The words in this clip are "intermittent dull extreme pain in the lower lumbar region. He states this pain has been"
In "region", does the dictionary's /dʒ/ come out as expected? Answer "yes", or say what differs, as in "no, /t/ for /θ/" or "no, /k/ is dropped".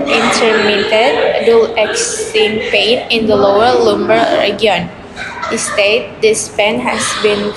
no, /dʒ/ is dropped